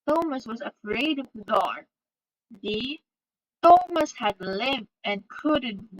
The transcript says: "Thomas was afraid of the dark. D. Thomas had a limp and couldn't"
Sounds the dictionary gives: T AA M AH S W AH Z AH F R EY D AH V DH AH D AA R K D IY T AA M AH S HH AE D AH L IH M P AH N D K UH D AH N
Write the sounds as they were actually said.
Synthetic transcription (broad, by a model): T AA M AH S W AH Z AH F R EY D AH V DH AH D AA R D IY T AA M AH S HH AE D L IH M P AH N K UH D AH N